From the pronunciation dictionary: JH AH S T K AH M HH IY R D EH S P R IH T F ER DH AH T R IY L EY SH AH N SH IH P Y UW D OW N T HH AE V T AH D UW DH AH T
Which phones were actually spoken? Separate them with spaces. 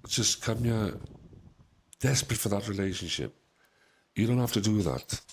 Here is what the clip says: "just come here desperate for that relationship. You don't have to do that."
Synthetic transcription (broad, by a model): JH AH S K AH M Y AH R D EH S P R IH T F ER DH AH T R IY L EY SH AH N SH IH P Y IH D OW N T HH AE F T AH D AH DH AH T